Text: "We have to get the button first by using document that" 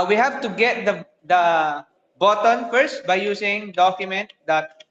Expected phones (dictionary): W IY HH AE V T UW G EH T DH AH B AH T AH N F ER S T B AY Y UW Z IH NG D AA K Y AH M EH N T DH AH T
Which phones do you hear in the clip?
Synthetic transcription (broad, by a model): W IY HH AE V T UW G EH T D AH B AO T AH N F ER S T B AY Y UW S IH NG D AA K Y AH M EH N T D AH T